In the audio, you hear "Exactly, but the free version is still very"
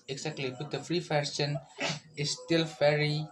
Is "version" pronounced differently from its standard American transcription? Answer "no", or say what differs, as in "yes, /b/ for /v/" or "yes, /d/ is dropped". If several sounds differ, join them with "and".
yes, /ʃ/ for /ʒ/